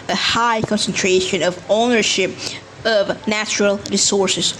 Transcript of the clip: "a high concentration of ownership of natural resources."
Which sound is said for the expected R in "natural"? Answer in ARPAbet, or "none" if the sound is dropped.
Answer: R